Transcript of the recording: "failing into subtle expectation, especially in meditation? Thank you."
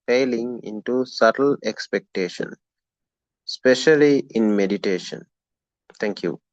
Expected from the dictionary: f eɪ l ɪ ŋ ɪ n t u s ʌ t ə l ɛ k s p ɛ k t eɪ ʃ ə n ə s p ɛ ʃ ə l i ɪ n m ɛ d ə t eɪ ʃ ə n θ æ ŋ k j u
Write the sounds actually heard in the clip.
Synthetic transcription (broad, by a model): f eɪ l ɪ ŋ ɪ n t u s ʌ t ə l ɛ k s p ɛ k t eɪ ʃ ə n s p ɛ ʃ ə l i ɪ n m ɛ d ə t eɪ ʃ ə n t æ ŋ k j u